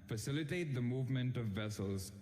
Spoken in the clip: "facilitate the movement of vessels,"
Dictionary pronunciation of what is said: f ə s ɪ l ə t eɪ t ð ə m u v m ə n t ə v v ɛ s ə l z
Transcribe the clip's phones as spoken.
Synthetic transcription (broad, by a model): f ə s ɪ l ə t eɪ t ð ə m u v m ə n t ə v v ɛ s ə l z